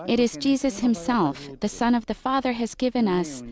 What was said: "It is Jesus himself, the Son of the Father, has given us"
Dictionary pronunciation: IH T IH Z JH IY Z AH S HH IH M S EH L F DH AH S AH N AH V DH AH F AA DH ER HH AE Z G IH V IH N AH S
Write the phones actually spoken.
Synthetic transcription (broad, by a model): IH T IH Z JH IY Z AH S HH IH M S EH L F DH AH S AH N AH V DH AH F AA DH ER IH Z G IH V IH N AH S